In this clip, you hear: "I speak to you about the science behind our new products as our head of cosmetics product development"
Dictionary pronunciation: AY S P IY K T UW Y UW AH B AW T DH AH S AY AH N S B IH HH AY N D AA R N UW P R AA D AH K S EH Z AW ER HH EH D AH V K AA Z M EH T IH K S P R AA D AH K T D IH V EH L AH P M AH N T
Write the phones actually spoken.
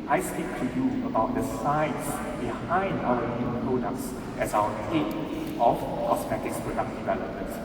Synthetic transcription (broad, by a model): AY S P IY K T UW Y UW AH B AW T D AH S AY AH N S B IH HH AY N D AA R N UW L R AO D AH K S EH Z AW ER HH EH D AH F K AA S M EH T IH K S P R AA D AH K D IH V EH L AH P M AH N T